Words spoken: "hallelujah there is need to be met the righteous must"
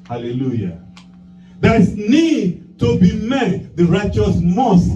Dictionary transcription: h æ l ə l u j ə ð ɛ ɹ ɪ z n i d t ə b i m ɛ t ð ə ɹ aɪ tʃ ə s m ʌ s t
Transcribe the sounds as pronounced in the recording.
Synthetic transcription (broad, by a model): h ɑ l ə l u j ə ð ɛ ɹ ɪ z n i d t ə b i m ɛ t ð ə ɹ aɪ tʃ ə s m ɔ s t